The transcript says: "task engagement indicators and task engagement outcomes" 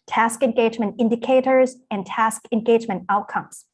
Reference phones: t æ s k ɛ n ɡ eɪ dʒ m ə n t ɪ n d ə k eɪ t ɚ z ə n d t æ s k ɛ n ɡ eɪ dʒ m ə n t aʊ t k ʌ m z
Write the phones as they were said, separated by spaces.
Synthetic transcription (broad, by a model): t æ s k ɛ n ɡ eɪ dʒ m ə n t ɪ n d ə k eɪ t ɚ z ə n t æ s k ɛ n ɡ eɪ dʒ m ə n t aʊ t k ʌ m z